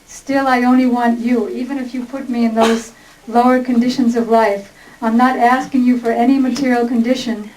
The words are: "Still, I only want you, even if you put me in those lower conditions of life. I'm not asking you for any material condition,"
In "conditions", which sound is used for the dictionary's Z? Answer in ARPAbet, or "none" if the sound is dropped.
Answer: Z